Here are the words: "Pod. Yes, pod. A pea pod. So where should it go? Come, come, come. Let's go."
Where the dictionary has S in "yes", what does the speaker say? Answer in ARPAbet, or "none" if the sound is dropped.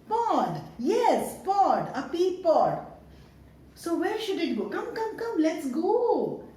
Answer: S